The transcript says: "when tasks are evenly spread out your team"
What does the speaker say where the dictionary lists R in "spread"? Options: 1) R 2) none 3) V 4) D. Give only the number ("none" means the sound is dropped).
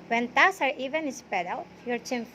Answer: 2